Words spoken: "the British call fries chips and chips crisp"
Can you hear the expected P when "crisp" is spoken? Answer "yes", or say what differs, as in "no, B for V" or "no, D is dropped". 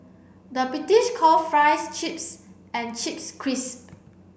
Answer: no, P is dropped